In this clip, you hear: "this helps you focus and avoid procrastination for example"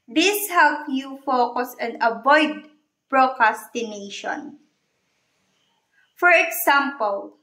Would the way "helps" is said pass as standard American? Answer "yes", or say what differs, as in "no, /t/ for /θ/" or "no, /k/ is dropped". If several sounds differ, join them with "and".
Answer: no, /s/ is dropped